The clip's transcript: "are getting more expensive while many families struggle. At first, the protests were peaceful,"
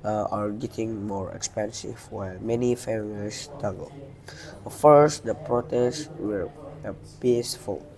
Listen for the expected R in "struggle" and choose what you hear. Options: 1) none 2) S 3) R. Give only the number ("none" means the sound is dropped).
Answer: 1